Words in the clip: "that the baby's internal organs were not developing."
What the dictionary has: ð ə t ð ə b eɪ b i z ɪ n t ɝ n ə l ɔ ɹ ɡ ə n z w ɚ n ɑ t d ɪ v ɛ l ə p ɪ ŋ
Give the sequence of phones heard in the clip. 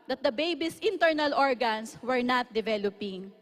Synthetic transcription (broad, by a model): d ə t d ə b eɪ b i s ɪ n t ɝ n ə l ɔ ɹ ɡ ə n s w ɚ n ɑ t d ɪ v ɛ l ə p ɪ ŋ